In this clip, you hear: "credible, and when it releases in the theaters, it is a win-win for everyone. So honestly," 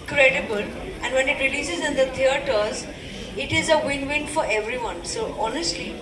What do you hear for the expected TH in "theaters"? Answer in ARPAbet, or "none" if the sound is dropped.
T